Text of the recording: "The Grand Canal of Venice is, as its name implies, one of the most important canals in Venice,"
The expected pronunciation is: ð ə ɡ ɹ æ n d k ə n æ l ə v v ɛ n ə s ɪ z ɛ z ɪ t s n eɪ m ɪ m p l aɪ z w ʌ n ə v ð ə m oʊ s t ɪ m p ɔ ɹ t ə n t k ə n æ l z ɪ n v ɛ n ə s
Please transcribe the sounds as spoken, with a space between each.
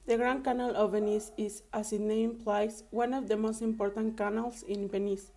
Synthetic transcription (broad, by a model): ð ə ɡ ɹ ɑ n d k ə n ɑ l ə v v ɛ n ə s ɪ s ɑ s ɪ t n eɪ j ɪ m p l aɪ s w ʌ n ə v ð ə m oʊ s t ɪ m p ɔ ɹ t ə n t k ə n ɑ l s ɪ n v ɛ n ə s